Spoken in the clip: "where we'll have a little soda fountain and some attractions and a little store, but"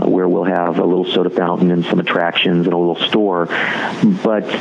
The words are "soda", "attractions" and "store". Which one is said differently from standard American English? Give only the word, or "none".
none